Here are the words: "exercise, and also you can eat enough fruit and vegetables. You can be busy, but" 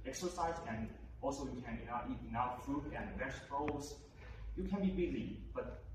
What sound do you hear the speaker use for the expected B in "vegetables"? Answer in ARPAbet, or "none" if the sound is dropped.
none